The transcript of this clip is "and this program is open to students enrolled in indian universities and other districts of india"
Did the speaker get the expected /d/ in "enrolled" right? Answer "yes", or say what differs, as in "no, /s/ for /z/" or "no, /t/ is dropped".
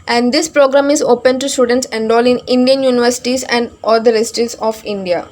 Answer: no, /d/ is dropped